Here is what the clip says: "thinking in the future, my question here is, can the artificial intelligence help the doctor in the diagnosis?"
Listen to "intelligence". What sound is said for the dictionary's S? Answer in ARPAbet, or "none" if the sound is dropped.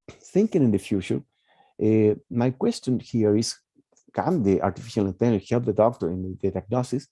none